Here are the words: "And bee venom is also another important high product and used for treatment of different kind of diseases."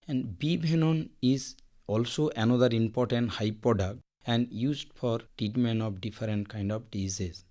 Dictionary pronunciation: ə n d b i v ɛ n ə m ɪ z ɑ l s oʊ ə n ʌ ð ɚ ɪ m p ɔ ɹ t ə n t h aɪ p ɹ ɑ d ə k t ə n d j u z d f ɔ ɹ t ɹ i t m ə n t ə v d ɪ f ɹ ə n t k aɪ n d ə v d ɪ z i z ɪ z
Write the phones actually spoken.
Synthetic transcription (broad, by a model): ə n d b i b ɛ n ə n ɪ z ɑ l s oʊ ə n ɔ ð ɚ ɪ m p ɔ ɹ t ə n t h aɪ p ɹ ɑ d ə k t ə n d j u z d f ɔ ɹ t i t m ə n ə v d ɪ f ɹ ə n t k aɪ n d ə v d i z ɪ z